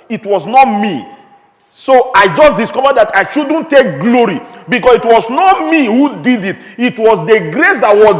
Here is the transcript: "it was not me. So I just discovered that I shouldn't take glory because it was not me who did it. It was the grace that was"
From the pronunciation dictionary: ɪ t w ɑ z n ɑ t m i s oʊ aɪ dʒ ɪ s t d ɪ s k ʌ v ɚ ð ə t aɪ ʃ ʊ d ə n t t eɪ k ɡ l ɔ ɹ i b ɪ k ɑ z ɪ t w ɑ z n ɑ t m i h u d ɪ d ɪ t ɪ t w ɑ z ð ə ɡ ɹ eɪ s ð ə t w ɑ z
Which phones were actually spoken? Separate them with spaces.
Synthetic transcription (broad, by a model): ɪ t w ɑ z n ɑ t m i s oʊ aɪ dʒ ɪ s d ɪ s k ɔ v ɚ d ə t aɪ ʃ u d n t t eɪ k ɡ l ɔ ɹ i b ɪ k ɑ s ɪ t w ɑ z n ɑ t m i h u d ɪ d ɪ t ɪ t w ɑ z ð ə ɡ ɹ eɪ s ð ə t w ɑ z